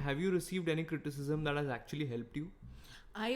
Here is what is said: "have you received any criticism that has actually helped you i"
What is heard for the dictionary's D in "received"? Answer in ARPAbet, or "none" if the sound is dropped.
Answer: D